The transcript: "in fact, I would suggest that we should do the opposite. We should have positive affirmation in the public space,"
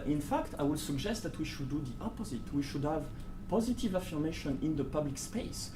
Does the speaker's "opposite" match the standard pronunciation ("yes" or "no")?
yes